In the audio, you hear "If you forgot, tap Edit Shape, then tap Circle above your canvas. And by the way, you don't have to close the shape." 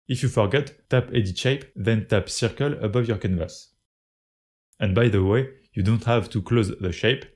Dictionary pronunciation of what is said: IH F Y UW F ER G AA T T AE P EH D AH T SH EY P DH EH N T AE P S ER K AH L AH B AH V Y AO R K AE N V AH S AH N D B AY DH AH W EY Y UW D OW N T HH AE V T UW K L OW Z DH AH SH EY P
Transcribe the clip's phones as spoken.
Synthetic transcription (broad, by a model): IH F Y UW F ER G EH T T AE P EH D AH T SH EY P DH EH N T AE P S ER K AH L AH B AH V Y AO R K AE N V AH S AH N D B AY DH AH W EY Y UW D OW N T HH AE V T UW K L OW Z DH AH SH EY P